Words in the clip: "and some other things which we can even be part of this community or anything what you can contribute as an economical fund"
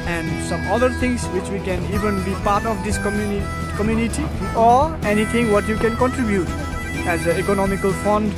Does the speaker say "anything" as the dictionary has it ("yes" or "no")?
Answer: no